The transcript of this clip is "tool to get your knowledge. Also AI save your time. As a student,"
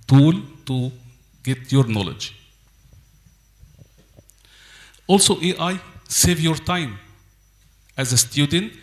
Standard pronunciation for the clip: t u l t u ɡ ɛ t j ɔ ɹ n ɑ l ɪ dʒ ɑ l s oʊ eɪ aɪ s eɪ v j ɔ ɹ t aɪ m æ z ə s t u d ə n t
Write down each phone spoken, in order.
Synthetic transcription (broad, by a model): t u l t u ɡ ɛ t j ɔ ɹ n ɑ l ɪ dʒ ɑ l s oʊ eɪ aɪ s eɪ v j ɔ ɹ t aɪ m æ z ə s t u d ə n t